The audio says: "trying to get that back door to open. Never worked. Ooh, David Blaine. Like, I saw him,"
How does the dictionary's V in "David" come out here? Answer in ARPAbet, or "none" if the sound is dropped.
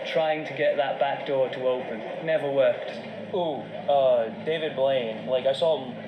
V